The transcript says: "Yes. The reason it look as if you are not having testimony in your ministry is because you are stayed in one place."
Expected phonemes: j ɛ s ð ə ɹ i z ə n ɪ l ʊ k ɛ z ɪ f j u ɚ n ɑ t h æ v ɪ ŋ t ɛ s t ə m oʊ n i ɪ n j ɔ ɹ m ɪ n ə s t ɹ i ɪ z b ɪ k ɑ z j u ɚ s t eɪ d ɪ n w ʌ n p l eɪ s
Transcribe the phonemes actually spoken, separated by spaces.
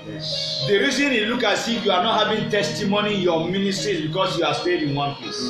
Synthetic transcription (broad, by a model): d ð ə ɹ i z ə n ɪ l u k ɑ s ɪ j u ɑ n ɑ t h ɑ v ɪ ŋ t ɛ s t ə m oʊ n i ɪ n j ɔ m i n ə s t ɹ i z b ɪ k ɑ s j u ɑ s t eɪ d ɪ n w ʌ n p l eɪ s